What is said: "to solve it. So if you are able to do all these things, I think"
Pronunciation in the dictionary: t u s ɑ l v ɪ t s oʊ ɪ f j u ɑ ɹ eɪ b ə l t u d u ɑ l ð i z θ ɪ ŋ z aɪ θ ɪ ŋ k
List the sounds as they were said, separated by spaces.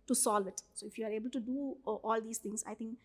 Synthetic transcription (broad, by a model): t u s ɑ l v ɪ t s oʊ ɪ f j u ɑ ɹ eɪ b ə l t u d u ɑ l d i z t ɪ ŋ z aɪ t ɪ ŋ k